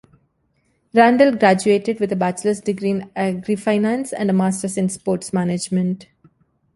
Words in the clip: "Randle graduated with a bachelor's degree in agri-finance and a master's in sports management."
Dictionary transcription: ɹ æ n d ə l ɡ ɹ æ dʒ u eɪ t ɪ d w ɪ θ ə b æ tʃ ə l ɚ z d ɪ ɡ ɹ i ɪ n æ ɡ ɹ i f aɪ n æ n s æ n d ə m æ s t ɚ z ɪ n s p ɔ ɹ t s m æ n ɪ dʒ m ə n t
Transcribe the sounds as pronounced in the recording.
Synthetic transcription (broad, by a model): ɹ æ n d ə l ɡ ɹ æ dʒ u eɪ t ɪ d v ɪ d ə b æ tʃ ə l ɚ s d ɪ ɡ ɹ i n æ ɡ ɹ i f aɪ n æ n s æ n d ə m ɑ s t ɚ s ɪ n s p ɔ ɹ t s m æ n ɪ dʒ m ə n t